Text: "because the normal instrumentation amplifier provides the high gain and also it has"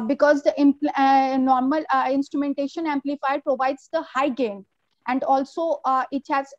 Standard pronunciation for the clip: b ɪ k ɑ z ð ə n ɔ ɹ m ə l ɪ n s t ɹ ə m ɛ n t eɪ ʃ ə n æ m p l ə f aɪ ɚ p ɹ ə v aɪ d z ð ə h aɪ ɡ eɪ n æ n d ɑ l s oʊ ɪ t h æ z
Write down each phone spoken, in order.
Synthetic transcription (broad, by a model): b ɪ k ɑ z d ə n ɔ ɹ m ə l ɪ n s t ɹ ə m ɛ n t eɪ ʃ ə n æ m p l ə f aɪ ɚ p ɹ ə v aɪ d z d ə h aɪ ɡ eɪ n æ n d ɑ l s oʊ ɪ t h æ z